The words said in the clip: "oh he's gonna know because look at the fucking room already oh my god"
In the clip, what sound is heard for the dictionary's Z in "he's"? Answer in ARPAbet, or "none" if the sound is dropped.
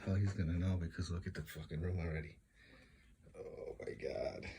Z